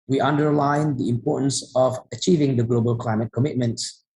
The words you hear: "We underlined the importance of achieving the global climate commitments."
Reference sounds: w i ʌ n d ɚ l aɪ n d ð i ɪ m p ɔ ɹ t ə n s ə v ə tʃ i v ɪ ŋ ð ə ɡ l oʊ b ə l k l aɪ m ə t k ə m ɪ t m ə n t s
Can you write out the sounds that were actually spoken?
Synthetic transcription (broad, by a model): w i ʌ n d ɚ l aɪ n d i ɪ m p ɔ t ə n s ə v ə tʃ i v ɪ ŋ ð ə ɡ l oʊ b ə l k l aɪ m ə t k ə m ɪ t m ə n t s